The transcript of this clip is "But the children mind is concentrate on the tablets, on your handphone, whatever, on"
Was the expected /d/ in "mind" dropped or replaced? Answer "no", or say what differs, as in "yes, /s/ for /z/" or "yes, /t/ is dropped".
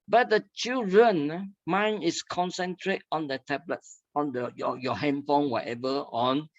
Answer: yes, /d/ is dropped